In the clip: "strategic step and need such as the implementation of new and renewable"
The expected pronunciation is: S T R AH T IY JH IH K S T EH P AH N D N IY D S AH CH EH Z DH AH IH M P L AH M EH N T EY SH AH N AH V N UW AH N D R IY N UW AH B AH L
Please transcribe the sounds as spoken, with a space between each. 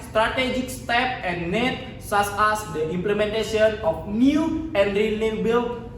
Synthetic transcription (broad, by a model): S T R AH T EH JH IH K S T EH P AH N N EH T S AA S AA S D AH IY M P L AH M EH N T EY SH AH N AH F N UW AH N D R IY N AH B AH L